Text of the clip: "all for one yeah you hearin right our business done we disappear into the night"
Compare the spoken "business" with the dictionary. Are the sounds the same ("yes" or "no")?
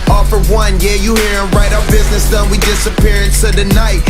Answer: yes